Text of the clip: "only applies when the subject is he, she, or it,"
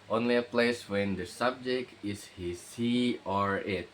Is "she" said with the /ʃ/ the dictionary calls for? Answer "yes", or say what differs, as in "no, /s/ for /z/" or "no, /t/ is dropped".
no, /s/ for /ʃ/